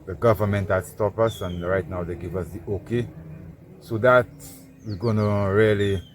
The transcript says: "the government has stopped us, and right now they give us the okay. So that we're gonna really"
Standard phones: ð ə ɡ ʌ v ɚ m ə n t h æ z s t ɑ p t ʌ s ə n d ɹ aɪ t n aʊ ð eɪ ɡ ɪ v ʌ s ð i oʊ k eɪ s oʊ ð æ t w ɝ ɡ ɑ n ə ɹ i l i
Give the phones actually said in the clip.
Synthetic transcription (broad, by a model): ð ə ɡ ʌ v ɚ m ə n t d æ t s t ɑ p ʌ s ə n ɹ aɪ t n aʊ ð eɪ ɡ ɪ v ʌ s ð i oʊ k eɪ s oʊ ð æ t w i ɡ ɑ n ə ɹ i l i